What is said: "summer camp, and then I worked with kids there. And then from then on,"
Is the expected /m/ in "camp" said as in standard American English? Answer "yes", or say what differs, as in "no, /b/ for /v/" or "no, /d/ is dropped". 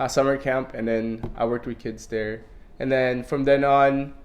yes